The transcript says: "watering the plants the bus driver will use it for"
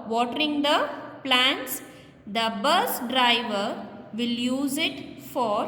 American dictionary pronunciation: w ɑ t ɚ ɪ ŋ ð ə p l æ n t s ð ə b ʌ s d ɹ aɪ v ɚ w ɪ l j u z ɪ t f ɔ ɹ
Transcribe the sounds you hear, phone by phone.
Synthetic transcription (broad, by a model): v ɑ t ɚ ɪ ŋ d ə p l æ n t s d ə b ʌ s d ɹ aɪ v ɚ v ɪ l j u z ɪ t f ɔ ɹ